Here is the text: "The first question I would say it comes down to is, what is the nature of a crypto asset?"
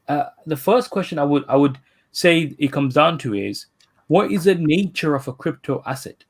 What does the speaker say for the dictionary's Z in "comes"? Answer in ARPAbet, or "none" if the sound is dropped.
Z